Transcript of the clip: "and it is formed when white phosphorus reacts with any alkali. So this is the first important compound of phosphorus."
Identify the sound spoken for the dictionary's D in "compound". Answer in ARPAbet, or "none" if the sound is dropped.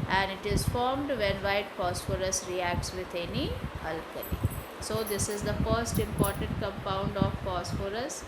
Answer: D